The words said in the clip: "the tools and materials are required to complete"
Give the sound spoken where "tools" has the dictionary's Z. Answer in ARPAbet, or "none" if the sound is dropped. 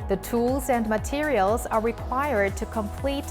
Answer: Z